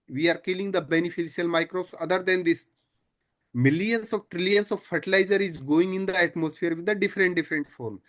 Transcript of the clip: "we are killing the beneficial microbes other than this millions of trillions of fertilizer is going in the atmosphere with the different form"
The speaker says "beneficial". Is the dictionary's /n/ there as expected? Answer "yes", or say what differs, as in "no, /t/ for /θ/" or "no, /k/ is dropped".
yes